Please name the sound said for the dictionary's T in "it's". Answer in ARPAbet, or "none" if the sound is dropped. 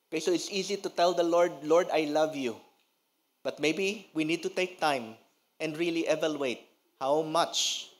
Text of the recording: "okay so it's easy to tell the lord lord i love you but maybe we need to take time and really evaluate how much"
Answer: T